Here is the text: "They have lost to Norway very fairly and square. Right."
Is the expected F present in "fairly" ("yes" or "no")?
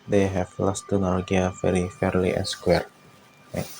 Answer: yes